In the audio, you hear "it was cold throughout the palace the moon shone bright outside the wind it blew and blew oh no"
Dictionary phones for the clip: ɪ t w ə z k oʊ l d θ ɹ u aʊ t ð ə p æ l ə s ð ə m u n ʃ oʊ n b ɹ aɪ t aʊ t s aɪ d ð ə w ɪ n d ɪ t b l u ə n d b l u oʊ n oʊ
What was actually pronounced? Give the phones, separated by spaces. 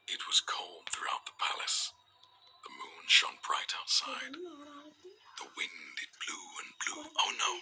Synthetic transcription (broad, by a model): ɪ t w ə z k oʊ l d θ ɹ u aʊ t ð ə p æ l ə s ð ə m u n ʃ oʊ n b ɹ aɪ t aʊ t s aɪ d ð ə w ɪ n d ɪ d b l u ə n b l u oʊ n oʊ